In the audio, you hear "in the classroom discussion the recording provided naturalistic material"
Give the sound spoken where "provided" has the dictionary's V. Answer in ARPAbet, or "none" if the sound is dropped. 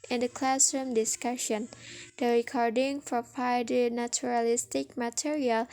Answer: P